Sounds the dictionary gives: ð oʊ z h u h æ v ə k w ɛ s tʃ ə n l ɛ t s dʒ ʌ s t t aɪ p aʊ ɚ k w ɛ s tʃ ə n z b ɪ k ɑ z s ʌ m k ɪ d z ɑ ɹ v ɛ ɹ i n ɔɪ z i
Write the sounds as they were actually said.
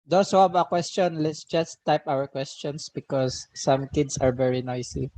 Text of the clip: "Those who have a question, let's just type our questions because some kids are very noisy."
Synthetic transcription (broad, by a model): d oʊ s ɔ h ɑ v ə k w ɛ s tʃ ə n l ɛ t s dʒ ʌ s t t aɪ p aʊ ɚ k w ɛ s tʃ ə n s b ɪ k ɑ s ʌ m k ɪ d s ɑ ɹ v ɛ ɹ i n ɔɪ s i